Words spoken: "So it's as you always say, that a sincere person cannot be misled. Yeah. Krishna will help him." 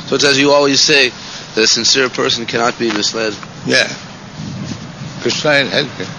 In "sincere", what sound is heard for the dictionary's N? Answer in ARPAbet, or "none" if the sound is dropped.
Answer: N